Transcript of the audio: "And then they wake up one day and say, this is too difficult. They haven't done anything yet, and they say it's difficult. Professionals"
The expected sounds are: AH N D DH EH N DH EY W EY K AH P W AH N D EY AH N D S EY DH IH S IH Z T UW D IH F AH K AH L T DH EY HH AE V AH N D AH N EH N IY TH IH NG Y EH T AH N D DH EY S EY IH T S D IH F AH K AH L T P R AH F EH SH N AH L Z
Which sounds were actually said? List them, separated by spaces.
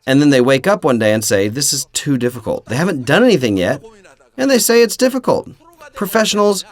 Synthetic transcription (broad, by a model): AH N DH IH N DH EY W EY K AH P W AH N D EY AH N S EY DH IH S IH Z T UW D IH F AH K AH L T DH EY HH AE V AH N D AH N EH N IY TH IH NG Y EH T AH N DH EY S EY IH T S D IH F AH K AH L T P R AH F EH SH N L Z